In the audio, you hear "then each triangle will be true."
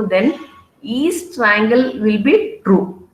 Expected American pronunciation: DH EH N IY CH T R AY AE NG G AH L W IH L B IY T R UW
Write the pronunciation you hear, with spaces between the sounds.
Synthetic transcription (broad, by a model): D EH N IY S T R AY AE NG G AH L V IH L B IY T R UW